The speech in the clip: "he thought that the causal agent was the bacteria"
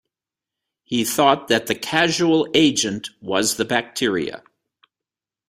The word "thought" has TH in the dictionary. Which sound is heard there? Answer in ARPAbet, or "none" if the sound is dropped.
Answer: TH